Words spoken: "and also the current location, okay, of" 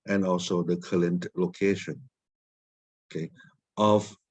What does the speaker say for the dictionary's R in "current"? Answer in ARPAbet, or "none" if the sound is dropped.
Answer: L